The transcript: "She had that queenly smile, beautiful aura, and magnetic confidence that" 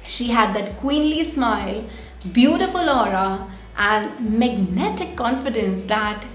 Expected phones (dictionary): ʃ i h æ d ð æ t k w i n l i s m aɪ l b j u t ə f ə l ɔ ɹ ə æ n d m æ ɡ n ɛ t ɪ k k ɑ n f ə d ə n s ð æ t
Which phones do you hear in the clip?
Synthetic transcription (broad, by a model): ʃ i h æ d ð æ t k w i n l i s m aɪ l b j u t ə f ə l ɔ ɹ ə æ n d m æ ɡ n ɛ t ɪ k k ɑ n f ə d ə n s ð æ t